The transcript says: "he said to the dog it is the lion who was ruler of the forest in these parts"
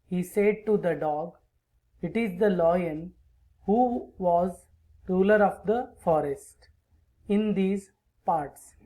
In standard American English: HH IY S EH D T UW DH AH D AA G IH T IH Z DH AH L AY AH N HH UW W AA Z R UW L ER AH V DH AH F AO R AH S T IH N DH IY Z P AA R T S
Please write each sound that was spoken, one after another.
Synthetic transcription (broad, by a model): HH IY S EH D T UW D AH D AA G IH T IH Z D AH L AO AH N HH UW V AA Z R UW L ER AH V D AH F AO R AH S T IH N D IY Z P AA R T S